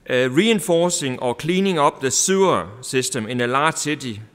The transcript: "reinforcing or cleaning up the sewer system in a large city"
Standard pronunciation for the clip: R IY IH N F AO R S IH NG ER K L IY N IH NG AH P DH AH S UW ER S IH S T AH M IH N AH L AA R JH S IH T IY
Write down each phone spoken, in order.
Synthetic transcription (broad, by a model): R IY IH N F AO S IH NG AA K L IY N IH NG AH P DH AH S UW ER S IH S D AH M IH N AH L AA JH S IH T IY